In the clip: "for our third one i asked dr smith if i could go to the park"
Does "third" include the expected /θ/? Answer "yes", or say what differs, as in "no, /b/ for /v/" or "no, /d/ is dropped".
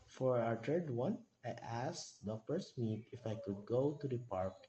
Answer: no, /t/ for /θ/